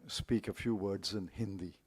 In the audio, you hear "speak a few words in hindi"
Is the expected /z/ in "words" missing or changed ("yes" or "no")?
no